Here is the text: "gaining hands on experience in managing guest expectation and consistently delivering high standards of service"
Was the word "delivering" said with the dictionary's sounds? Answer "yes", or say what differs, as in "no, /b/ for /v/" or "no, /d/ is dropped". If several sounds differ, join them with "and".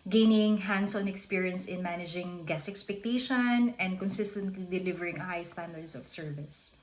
yes